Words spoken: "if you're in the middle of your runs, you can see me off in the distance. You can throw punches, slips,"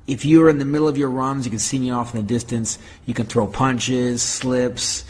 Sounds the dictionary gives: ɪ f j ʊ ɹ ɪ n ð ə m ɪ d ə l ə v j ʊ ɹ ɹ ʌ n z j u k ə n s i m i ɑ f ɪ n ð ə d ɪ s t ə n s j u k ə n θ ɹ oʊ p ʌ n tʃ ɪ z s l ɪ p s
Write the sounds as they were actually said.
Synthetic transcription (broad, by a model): ɪ f j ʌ ɹ ɪ n ð ə m ɪ d l ə v j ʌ ɹ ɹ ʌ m z j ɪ k ə n s i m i ɑ f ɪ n ð ə d ɪ s t ə n s j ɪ k ə n θ ɹ oʊ p ʌ n tʃ ɪ z s l ɪ p s